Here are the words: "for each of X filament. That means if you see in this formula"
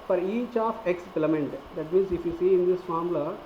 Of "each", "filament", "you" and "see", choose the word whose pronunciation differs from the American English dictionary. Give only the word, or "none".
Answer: filament